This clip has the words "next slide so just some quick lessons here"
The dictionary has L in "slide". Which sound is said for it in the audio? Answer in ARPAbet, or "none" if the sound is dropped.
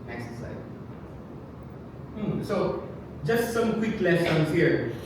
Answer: none